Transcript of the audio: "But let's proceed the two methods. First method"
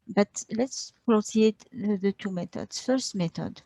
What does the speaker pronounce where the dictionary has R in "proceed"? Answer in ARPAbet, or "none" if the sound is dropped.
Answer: L